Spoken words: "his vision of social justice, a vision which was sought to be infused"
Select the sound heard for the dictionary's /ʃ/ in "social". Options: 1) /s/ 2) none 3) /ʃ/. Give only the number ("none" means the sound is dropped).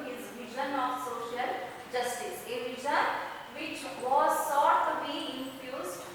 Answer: 3